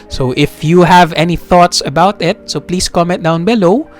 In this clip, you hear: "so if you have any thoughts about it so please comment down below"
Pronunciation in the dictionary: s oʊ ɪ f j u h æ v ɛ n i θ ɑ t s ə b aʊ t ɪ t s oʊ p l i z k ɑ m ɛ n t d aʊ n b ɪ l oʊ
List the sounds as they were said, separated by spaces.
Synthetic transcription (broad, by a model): s oʊ ɪ f j u h æ v ɛ n i θ ɑ t s ə b aʊ t ɪ t s oʊ p l i s k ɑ m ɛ t d aʊ n b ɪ l oʊ